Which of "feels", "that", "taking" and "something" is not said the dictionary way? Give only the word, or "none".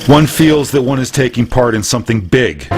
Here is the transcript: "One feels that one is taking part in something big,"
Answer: none